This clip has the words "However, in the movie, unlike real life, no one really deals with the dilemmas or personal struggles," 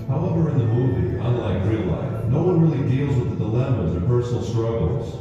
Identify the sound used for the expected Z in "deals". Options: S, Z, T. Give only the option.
Z